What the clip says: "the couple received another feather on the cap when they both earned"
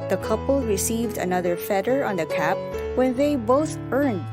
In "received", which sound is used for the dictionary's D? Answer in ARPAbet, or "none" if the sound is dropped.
D